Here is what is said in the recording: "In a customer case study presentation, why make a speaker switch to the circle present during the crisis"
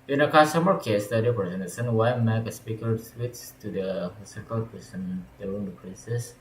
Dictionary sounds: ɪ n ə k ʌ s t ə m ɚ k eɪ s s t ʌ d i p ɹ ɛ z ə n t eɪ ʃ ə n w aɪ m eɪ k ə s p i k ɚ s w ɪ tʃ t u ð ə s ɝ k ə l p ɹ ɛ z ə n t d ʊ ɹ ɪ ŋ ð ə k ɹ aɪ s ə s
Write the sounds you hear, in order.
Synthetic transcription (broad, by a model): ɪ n ə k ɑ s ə m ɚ k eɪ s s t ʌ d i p ɹ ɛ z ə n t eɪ s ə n w aɪ m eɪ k ə s p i k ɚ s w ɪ s t u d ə s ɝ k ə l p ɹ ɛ s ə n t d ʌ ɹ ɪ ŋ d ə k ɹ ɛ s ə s